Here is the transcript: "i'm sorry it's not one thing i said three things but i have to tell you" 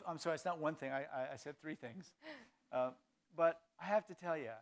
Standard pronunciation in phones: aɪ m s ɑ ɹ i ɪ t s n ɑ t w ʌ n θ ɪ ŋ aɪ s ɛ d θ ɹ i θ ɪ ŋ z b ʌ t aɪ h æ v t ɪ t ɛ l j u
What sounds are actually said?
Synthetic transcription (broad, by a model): aɪ m s ɑ ɹ i ɪ t s n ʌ t w ʌ n θ ɪ ŋ aɪ s ɛ d θ ɹ i θ ɪ ŋ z b ʌ t aɪ h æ f t ɪ t ɛ l j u